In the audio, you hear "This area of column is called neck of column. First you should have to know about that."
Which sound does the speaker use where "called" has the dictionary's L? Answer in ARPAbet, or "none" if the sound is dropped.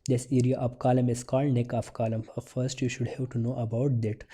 L